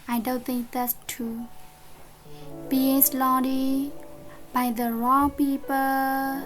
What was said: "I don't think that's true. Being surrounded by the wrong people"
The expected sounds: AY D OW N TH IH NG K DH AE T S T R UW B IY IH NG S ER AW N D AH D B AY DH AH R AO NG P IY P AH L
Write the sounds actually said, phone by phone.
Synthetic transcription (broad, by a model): AY D OW N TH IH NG K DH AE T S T UW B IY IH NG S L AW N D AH B AY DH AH R AO NG P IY P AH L